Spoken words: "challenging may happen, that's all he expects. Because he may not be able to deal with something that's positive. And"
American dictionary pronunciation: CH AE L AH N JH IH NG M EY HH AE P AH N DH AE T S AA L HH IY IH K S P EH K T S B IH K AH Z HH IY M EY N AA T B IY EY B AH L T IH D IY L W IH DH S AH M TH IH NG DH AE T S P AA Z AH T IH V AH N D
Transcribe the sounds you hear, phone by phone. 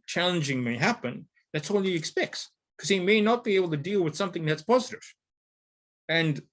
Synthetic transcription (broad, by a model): CH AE L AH N JH IH NG M EY HH AE P AH N DH AE T S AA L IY IH K S P EH K T S K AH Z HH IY M EY N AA T B IY EY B L T IH D IY L W IH DH S AH M TH IH NG DH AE T S P AA Z AH T IH V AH N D